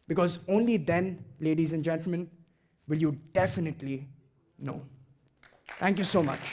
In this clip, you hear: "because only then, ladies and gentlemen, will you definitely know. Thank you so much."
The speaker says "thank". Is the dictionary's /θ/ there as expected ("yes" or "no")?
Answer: no